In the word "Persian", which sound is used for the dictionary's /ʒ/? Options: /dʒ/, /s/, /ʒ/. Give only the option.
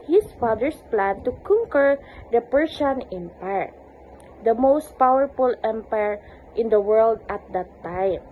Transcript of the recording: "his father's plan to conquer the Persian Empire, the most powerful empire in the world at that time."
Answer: /s/